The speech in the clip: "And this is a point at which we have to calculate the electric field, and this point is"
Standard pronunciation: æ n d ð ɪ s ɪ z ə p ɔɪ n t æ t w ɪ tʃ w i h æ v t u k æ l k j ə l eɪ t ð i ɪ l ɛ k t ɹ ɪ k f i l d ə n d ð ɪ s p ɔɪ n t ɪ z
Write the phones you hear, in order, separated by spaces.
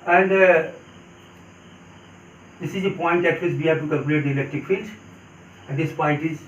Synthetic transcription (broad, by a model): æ n d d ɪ s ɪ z ə p ɔɪ n t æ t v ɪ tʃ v i h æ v t u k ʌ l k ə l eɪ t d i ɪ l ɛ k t ɪ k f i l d ə n d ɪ s p ɔɪ n t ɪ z